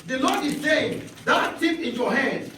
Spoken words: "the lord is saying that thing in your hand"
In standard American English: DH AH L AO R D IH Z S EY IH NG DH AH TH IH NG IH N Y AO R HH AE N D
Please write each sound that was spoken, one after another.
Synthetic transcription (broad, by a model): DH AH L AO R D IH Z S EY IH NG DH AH T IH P IH N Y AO HH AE N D